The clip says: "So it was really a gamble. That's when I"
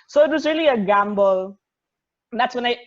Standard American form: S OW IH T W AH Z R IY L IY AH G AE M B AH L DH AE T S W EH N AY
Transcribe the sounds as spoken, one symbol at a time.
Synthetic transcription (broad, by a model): S OW IH T W AH Z R IY L IY AH G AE M B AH L DH AE T S W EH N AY